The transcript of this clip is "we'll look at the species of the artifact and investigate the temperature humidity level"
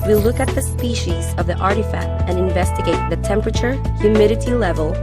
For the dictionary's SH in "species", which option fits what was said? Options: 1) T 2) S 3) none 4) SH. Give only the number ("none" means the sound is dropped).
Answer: 4